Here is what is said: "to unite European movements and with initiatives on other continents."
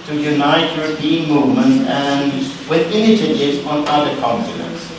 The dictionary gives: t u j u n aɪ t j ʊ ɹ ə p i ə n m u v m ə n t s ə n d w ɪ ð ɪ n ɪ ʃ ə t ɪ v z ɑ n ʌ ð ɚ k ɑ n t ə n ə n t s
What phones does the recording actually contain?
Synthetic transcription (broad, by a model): t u j u n aɪ t j ʊ ɹ ə p i ə n m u v m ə n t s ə n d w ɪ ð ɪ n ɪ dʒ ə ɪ z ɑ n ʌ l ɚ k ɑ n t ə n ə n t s